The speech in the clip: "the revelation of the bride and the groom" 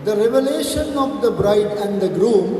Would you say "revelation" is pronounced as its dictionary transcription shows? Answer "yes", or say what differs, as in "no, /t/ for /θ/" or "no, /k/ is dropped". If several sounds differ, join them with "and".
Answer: yes